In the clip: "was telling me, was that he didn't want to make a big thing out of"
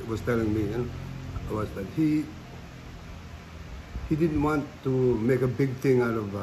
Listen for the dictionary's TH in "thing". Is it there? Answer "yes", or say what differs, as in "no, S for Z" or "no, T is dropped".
no, T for TH